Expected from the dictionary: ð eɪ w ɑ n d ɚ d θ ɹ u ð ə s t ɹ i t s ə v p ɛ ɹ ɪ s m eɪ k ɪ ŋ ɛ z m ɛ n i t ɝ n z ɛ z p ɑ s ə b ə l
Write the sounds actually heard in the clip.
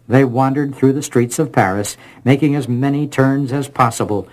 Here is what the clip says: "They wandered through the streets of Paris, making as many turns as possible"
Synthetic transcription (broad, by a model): ð eɪ w ɑ n d ɚ d θ ɹ u ð ə s t ɹ i t s ə v p ɛ ɹ ɪ s m eɪ k ɪ ŋ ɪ z m ɛ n i t ɝ n z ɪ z p ɑ s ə b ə l